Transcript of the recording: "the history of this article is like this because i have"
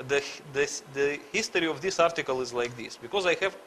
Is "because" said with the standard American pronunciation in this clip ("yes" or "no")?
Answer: yes